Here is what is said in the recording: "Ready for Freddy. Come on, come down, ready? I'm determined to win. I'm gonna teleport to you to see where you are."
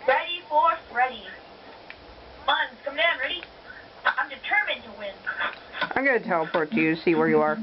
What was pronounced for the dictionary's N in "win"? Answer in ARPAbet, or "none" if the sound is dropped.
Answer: N